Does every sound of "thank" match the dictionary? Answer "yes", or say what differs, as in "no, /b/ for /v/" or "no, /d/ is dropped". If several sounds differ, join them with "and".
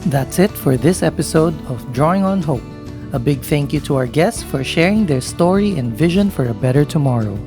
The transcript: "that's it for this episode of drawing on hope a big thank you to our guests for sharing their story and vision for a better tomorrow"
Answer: yes